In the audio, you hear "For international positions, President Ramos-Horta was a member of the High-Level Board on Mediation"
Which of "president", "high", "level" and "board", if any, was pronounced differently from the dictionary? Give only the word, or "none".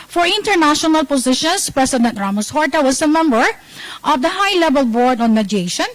president